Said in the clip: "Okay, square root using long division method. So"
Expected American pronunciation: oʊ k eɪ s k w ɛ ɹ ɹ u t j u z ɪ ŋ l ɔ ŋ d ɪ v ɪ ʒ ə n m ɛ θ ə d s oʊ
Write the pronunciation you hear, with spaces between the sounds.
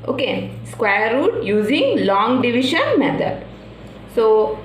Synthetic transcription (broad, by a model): oʊ k eɪ s k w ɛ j ɹ u t j u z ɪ ŋ l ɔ ŋ d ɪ v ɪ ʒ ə n m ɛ t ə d s oʊ